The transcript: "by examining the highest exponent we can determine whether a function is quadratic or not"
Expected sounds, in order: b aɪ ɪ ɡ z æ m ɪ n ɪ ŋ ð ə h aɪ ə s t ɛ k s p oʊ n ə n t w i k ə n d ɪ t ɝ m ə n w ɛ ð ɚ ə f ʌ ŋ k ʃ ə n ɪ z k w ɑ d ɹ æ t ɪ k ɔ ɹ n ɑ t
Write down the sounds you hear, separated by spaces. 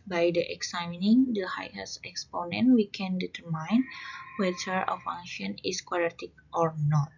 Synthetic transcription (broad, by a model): b aɪ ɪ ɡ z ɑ m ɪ n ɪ ŋ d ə h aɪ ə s ɛ k s p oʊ n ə n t w i k ə n d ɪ t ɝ m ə n w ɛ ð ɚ ə f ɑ ŋ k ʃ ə n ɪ s k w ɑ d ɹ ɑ t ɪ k ɔ ɹ n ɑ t